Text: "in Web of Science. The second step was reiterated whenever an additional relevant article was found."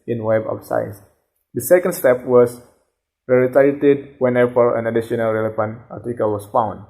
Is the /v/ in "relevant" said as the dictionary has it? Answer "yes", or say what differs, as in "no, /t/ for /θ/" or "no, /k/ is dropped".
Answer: no, /f/ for /v/